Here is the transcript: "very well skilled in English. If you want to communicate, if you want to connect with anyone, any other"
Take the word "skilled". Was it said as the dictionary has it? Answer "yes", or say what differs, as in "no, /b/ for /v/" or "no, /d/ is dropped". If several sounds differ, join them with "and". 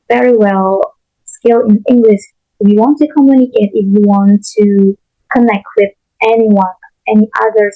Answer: no, /d/ is dropped